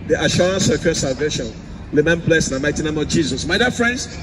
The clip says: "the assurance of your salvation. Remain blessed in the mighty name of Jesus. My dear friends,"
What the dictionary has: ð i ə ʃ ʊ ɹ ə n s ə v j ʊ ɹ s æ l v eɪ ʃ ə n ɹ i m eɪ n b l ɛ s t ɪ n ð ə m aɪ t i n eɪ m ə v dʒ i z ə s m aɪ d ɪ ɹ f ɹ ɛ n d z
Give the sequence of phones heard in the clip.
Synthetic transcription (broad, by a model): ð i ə ʃ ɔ ɹ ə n s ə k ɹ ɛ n s æ l v eɪ ʃ ə n l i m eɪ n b l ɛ s ɪ n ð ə m aɪ t i n eɪ m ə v dʒ i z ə s m aɪ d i f ɹ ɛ n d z